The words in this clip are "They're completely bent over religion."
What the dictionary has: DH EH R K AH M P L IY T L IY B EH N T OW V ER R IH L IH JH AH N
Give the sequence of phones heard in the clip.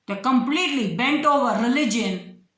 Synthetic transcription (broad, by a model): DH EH K AH M P L IY T L IY B EH N T OW V ER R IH L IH JH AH N